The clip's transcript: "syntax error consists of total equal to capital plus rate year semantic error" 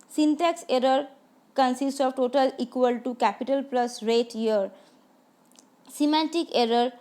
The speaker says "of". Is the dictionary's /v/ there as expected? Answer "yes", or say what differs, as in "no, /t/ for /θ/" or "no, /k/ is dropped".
no, /b/ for /v/